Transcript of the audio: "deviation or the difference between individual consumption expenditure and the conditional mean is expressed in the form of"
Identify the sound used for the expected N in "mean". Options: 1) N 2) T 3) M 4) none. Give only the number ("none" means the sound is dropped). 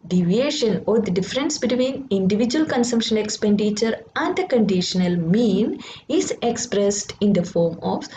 1